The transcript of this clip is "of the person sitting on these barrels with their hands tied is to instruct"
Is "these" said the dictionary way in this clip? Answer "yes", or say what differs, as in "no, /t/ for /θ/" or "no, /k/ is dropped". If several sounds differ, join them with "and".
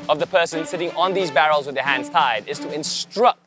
yes